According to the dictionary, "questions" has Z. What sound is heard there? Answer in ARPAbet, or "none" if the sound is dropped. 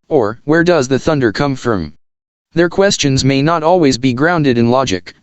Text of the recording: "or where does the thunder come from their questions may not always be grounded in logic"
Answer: Z